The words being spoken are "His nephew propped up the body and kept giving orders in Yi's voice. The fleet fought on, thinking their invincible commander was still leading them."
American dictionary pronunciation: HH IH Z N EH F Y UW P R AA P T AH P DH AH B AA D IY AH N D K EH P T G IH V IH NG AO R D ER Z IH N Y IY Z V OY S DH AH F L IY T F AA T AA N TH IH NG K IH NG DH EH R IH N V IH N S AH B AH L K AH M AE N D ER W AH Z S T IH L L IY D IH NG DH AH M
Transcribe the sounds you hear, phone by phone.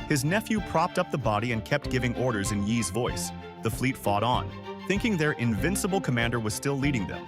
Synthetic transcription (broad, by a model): HH IH Z N EH F Y UW P R AA P T AH P DH AH B AA D IY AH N K EH P T G IH V IH NG AO R D ER Z IH N Y IY Z V OY S DH AH F L IY T F AA T N TH IH NG K IH NG DH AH R IH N V IH N S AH B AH L K AH M AE N D ER W AH Z S T IH L L IY D IH NG DH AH M